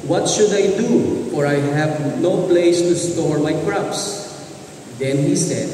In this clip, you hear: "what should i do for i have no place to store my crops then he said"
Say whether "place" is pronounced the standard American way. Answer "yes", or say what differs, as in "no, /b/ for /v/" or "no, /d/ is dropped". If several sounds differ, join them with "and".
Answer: yes